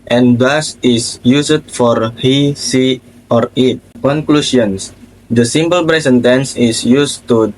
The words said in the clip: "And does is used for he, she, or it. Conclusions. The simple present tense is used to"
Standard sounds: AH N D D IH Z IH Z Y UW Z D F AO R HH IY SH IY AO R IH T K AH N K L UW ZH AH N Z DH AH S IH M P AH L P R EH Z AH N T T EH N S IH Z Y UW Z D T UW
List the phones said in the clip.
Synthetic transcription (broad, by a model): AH N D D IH S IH S Y UW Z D F AO R HH IY S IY AO R IH T K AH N K L UW S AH N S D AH S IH M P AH L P R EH S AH N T T EH N S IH S Y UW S T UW